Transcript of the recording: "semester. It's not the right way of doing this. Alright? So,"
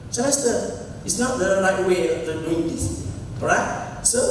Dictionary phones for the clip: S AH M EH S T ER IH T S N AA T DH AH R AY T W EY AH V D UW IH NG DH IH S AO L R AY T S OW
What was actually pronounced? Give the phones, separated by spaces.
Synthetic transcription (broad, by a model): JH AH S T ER IH T S N AA T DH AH R AY T W EY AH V D UW IH NG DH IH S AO R AY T S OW